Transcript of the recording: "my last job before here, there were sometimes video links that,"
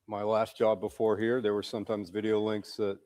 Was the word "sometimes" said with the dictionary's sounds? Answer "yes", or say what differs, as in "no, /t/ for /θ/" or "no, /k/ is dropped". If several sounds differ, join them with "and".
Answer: yes